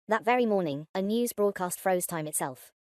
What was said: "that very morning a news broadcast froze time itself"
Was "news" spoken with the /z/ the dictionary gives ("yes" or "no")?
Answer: yes